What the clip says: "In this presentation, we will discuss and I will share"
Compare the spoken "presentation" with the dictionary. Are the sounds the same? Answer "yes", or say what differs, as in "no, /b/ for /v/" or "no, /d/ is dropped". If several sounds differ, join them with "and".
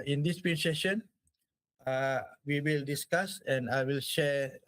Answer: no, /s/ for /t/